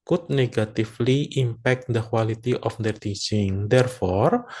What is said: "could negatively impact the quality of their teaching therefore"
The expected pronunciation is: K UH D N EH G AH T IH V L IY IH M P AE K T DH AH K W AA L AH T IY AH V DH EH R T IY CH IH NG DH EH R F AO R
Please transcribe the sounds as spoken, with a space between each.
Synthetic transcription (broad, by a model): K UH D N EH G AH T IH F L IY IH M P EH K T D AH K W AA L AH T IY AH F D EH R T IY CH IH NG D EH R F AO R